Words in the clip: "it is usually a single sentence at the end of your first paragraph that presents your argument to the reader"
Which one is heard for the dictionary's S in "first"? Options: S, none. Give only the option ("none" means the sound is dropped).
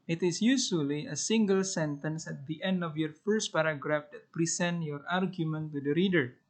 S